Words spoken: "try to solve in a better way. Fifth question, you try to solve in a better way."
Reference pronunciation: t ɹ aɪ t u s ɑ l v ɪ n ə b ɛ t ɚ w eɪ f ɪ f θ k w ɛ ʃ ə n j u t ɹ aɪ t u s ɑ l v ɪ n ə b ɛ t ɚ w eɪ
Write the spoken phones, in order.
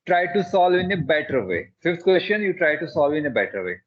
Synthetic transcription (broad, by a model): t ɹ aɪ t u s ɑ l v ɪ n ə b ɛ t ɚ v eɪ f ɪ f t k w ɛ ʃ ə n j u t ɹ aɪ t u s ɑ l v ɪ n ə b ɛ t ɚ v eɪ